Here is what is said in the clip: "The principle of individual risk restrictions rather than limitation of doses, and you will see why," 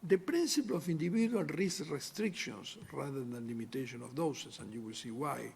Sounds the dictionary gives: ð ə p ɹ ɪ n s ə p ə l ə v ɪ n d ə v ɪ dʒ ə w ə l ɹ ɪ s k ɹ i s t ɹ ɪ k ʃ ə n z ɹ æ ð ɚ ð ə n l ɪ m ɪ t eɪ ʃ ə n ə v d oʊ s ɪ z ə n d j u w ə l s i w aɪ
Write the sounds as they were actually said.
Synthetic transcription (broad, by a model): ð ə p ɹ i n s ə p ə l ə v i n d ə b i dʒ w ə l ɹ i s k ɹ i s t ɹ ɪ k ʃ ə n s ɹ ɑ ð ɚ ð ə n l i m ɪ t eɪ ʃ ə n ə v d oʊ s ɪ s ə n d j u w ə l s i w aɪ